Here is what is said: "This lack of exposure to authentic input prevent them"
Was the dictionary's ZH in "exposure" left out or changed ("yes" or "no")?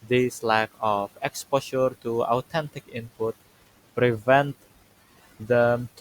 yes